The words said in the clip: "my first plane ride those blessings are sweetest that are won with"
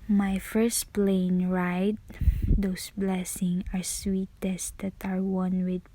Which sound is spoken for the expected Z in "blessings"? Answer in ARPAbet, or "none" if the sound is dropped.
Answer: none